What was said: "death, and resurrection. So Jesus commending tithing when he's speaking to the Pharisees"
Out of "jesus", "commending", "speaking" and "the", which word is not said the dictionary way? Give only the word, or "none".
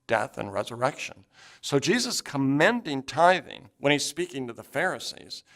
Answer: none